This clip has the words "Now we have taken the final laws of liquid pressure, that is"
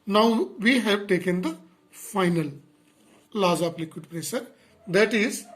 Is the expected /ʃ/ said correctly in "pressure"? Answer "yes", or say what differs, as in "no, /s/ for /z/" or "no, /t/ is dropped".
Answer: no, /s/ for /ʃ/